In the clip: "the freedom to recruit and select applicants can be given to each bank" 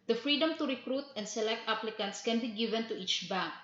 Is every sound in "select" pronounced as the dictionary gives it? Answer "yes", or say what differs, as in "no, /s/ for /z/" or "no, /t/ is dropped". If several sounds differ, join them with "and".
yes